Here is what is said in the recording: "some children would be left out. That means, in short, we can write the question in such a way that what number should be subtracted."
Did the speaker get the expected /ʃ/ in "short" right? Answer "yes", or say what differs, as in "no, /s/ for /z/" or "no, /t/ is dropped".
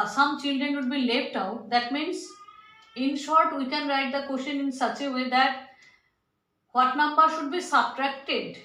yes